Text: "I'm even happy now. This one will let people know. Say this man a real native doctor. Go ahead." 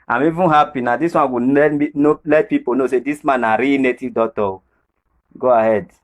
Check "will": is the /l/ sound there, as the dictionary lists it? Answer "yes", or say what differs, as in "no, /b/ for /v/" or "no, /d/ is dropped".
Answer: no, /n/ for /l/